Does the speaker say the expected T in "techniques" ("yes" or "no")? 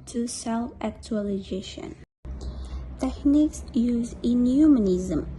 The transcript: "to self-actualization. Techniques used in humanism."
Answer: yes